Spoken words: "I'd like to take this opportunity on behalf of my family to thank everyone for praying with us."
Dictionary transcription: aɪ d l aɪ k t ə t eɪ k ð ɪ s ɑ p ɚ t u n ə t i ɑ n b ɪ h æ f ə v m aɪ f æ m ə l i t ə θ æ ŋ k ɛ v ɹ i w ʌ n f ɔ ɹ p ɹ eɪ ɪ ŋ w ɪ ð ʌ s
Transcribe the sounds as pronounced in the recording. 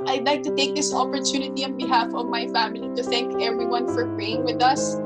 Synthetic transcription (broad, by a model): aɪ d l aɪ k t ə t eɪ k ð ɪ s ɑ p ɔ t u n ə t i ɑ n b ɪ h æ f ə v m aɪ f æ m ə l i t ə θ æ ŋ k ɛ v ɹ i w ʌ n f ɔ ɹ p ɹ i ɪ ŋ w ɪ ð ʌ s